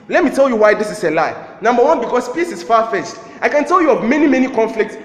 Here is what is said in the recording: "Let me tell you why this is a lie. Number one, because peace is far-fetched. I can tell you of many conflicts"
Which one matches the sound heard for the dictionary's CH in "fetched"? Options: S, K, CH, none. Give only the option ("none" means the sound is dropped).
S